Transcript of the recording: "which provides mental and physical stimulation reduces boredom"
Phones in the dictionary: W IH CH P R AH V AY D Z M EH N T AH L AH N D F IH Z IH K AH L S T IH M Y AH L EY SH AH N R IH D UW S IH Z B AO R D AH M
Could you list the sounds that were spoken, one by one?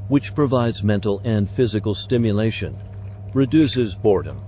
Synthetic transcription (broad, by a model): W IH CH P R AH V AY D Z M EH N T L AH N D F IH Z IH K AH L S T IH M Y AH L EY SH AH N R IH D UW S IH Z B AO R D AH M